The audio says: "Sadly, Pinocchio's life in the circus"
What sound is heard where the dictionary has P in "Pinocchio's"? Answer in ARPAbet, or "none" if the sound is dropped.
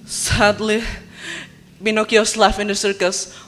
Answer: B